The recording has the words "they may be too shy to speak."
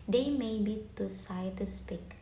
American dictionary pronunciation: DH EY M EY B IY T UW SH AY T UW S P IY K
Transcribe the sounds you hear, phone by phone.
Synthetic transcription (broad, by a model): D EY M EY B IY T UW S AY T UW S P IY K